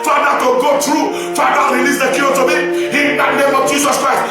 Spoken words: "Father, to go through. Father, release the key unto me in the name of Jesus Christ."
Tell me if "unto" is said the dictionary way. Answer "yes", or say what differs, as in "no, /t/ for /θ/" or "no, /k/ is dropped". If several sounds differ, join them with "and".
no, /n/ is dropped